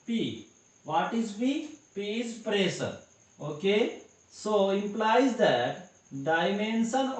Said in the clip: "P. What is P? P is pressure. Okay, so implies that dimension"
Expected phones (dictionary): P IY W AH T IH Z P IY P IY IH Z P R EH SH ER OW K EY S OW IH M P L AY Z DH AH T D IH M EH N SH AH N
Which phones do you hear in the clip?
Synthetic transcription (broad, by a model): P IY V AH T IH Z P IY P IY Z P R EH S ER OW K EY S OW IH M P L AY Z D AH T D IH M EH N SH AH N